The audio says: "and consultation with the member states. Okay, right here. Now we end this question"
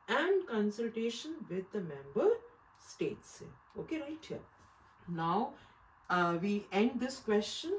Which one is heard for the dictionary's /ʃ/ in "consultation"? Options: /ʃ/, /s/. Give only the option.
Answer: /ʃ/